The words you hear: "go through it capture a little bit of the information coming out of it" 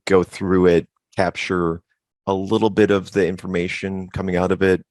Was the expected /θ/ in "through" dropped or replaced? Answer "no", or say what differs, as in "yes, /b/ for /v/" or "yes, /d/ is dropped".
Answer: no